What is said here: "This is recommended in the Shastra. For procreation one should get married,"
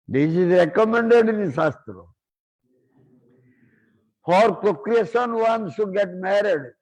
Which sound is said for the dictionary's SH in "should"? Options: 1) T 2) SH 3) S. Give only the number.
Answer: 3